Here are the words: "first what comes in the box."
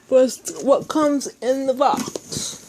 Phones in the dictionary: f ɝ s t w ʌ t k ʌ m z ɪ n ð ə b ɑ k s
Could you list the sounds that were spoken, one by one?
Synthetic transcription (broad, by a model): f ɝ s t w ʌ t k ʌ m z ɪ n ð ə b ɑ k s